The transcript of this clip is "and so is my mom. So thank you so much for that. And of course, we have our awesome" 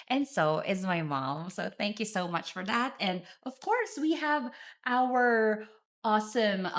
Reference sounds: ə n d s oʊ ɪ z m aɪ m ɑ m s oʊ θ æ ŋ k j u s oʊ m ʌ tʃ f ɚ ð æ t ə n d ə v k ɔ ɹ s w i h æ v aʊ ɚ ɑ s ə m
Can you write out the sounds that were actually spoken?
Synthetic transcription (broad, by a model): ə n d s oʊ ɪ z m aɪ m ɑ m s oʊ θ æ ŋ k j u s oʊ m ʌ tʃ f ɚ ð æ t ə n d ə v k ɔ ɹ s w i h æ v aʊ ɚ ɑ s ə m